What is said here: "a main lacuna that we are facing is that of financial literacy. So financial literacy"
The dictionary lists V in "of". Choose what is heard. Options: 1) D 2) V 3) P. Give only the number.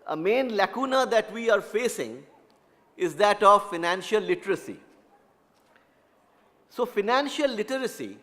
2